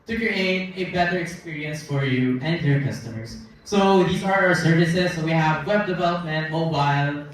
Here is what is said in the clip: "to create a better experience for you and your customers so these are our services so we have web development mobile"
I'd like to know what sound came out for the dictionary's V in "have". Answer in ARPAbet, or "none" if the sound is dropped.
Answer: V